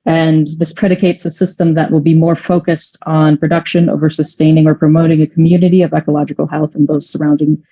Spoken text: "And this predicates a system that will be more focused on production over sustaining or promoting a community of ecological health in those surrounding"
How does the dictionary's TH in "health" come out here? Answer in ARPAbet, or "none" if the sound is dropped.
TH